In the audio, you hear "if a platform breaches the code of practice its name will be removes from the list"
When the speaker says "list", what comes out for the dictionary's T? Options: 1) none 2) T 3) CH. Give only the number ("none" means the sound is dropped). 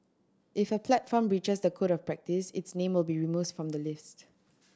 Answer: 2